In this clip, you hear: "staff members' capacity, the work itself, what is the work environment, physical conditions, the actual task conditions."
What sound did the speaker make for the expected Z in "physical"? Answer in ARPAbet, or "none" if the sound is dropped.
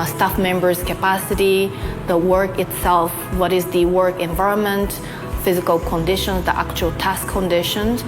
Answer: Z